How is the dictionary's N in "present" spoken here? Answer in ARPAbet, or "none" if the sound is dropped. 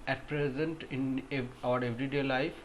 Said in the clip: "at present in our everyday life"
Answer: N